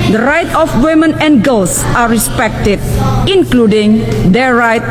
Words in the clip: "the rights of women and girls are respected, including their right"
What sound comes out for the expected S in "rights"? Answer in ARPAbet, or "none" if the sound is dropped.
none